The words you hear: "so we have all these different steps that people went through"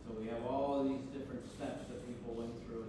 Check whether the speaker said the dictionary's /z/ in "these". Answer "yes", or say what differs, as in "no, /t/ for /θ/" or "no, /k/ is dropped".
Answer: yes